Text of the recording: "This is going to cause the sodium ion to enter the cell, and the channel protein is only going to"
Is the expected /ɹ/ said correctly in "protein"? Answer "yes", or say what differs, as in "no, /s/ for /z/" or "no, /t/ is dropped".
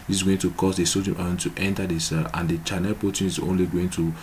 no, /ɹ/ is dropped